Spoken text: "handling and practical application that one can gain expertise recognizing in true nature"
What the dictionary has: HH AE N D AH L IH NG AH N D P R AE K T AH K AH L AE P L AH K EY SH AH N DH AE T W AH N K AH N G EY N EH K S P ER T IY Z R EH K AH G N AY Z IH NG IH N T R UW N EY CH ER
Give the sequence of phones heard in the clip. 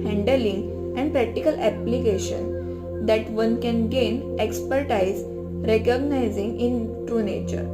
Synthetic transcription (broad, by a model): HH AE N D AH L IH NG AH N D P R AE K T AH K AH L AE P L AH K EY SH AH N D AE T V AH N K AH N G EY N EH K S P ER T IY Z R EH K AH G N AY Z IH NG IH N T R UW N EY CH ER